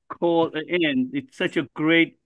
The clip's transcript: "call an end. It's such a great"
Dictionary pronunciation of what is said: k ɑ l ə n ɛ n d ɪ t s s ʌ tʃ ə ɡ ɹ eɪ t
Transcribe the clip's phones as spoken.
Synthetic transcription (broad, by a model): k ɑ l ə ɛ n ɪ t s s ʌ tʃ ə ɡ ɹ eɪ t